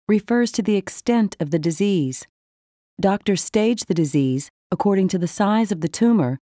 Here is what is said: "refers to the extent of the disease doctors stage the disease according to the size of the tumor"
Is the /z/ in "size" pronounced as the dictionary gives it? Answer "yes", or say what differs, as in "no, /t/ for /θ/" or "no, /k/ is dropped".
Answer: yes